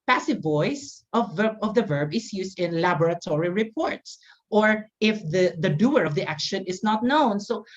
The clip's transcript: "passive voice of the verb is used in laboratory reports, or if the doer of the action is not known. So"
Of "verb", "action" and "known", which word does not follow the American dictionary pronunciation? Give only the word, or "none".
none